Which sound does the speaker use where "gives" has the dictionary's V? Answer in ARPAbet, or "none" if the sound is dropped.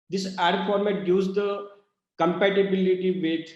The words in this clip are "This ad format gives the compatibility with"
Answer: none